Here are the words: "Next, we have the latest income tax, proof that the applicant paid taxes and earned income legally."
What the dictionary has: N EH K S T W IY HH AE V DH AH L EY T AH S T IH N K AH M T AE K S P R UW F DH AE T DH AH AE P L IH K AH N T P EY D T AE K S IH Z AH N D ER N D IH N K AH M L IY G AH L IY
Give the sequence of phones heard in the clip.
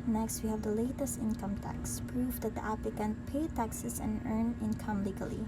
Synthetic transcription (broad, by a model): N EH K S T W IY HH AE V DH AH L EY T AH S T IH N K AH M T AE K S P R UW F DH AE T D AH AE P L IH K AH N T P EY T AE K S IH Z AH N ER N IH N K AH M L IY G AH L IY